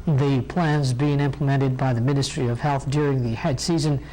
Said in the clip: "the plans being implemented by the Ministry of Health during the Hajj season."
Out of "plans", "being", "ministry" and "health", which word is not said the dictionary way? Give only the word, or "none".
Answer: none